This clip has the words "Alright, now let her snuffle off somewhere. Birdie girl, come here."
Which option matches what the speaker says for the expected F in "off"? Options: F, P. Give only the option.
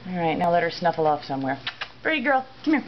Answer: F